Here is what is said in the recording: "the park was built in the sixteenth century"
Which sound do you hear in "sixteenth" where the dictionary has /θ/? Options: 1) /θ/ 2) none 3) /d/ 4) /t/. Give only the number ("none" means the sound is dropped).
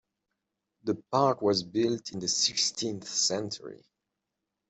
1